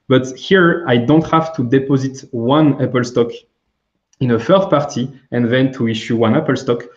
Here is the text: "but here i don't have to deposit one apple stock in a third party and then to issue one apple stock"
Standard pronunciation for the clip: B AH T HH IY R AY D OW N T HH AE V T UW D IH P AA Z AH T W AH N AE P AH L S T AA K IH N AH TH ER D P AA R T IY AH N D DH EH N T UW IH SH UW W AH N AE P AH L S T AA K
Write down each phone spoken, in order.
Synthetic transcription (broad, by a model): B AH T HH IY R AY D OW N T HH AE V T UW D IH P AA Z AH T W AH N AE P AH L S T AA K IH N AH F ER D P AA R T IY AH N DH EH N T UW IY SH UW W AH N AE P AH L S T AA K